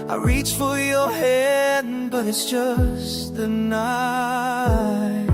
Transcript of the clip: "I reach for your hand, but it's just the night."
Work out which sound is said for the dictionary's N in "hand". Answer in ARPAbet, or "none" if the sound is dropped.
none